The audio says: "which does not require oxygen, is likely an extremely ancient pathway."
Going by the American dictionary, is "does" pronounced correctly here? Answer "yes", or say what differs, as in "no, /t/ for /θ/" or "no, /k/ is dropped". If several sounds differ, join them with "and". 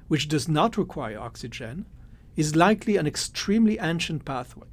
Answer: yes